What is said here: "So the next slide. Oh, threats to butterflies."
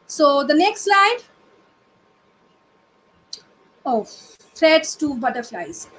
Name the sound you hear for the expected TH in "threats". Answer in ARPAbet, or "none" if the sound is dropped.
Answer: F